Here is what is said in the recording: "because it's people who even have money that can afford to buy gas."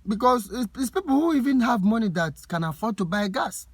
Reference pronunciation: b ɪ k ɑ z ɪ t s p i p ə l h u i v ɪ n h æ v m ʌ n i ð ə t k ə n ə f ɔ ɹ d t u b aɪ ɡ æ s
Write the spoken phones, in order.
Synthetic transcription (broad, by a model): b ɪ k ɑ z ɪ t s p i p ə l h u i v ɪ n h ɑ v m ʌ n i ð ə t k ə n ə f ɔ d t u b aɪ ɡ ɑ s